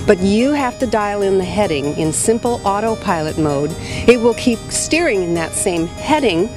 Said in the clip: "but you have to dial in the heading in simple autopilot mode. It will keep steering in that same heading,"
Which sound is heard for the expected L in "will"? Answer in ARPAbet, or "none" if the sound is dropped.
L